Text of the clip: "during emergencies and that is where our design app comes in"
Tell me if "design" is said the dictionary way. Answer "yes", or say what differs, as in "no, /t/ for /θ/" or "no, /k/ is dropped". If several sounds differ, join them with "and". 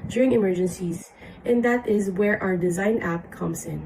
yes